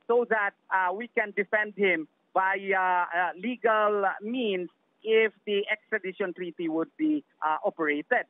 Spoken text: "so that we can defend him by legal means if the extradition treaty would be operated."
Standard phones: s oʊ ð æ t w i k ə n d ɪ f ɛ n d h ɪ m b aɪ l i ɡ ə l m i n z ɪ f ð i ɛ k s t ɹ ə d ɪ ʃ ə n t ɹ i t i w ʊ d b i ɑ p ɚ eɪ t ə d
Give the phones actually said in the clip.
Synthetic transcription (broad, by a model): s oʊ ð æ t w i k ə n d ɪ f ɛ n d h ɪ m b aɪ l i ɡ ə l m i n s ɪ f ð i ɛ k s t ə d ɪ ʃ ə n t ɹ i t i w ʊ d b i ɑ p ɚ eɪ t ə d